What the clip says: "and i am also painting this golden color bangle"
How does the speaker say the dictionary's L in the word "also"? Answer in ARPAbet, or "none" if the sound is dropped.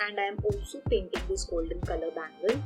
none